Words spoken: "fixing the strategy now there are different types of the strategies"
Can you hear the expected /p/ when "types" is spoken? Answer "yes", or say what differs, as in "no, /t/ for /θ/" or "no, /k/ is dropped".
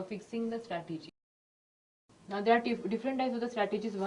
no, /p/ is dropped